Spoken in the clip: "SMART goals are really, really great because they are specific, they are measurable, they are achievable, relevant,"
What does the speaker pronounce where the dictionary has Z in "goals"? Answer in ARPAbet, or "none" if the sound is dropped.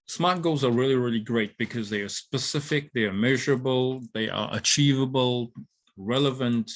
Z